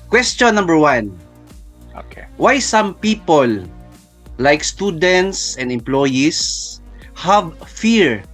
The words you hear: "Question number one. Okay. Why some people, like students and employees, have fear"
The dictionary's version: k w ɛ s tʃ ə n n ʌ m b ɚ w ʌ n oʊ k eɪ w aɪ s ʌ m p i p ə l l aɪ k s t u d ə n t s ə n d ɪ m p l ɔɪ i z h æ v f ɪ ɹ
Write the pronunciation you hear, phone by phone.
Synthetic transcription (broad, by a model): k w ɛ s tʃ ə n n ʌ m b ɚ w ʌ n oʊ k eɪ w aɪ s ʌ m p i p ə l l aɪ k s t u d ə n t s ə n d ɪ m p l ɔɪ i s h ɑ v f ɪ ɹ